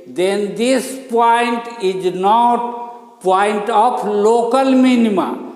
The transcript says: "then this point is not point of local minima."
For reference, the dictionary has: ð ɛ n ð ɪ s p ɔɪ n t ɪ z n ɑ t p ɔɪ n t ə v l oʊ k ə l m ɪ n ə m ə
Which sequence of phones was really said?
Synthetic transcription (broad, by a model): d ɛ n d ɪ s p ɔɪ n t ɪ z n ɑ t p ɔɪ n t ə p l oʊ k ə l m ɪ n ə m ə